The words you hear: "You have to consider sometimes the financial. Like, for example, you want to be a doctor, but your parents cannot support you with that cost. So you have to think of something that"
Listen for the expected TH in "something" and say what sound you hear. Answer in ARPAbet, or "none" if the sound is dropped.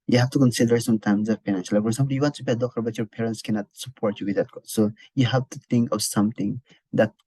T